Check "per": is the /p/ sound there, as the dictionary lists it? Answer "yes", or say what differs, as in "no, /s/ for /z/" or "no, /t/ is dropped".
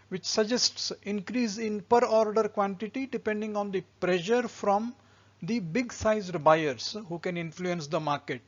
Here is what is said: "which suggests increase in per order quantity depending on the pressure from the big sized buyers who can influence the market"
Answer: yes